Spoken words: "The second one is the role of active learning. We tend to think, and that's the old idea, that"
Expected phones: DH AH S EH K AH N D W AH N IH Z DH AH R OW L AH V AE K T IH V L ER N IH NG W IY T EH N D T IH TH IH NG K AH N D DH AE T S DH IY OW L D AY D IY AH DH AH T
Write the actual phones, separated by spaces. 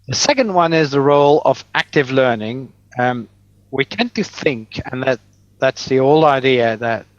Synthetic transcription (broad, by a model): DH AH S EH K AH N D W AH N IH Z DH AH R OW L AH V AE K T IH V L ER N IH NG W IY T EH N T IH TH IH NG K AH N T DH AE T S DH IY OW L AY D IY AH DH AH T